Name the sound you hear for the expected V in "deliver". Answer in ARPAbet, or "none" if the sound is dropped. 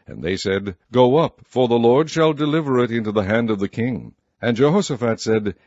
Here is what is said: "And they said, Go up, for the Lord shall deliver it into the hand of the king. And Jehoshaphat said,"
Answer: V